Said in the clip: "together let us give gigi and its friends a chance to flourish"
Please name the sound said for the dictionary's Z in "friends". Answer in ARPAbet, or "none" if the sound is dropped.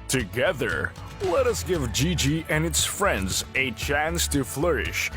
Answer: Z